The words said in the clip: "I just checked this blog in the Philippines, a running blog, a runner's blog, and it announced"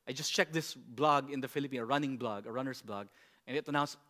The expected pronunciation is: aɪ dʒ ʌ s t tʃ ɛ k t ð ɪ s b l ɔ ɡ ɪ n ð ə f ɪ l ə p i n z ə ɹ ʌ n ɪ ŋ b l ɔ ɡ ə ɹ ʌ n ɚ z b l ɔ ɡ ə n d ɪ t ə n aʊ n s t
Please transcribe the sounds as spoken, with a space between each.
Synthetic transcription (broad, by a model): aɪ dʒ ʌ s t tʃ ɛ k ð ɪ s b l ɔ ɡ ɪ n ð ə f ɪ l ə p i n ə ɹ ʌ n ɪ ŋ b l ɔ ɡ ə ɹ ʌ n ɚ s b l ɔ ɡ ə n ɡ ɪ t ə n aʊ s